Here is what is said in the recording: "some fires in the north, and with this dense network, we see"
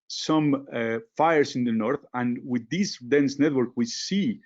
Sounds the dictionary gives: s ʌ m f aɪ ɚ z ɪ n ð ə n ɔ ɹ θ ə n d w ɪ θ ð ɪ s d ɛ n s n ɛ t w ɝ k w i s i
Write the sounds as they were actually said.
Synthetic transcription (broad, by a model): s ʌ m f aɪ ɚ s ɪ n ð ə n ɔ ɹ θ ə n w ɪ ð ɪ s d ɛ n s n ɛ t w ɝ k w i s i